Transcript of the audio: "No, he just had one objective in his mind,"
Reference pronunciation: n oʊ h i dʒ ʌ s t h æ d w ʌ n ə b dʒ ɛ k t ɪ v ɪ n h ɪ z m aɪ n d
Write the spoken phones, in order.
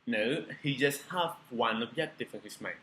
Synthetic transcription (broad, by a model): n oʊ h i dʒ ʌ s t h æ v w ʌ n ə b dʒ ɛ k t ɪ f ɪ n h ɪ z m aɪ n